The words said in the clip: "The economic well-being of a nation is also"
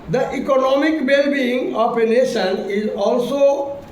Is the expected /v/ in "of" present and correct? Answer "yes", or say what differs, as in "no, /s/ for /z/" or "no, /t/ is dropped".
no, /p/ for /v/